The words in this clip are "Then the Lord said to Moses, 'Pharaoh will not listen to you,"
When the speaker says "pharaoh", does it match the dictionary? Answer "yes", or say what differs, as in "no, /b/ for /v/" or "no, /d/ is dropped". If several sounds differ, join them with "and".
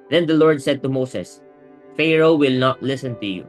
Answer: yes